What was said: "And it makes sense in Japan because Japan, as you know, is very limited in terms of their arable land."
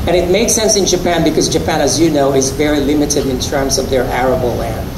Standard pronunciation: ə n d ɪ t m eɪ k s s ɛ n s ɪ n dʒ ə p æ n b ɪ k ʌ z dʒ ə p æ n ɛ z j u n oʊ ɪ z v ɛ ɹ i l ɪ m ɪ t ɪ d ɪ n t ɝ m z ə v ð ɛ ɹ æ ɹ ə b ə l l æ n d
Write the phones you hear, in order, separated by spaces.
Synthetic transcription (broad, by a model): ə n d ɪ t m eɪ k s s ɛ n s ɪ n dʒ ə p æ n b ɪ k ʌ z dʒ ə p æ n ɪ z j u n oʊ ɪ z v ɛ ɹ i l ɪ m ɪ t ɪ d ɪ n t ɝ m z ə v ð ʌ ɹ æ ɹ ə b l l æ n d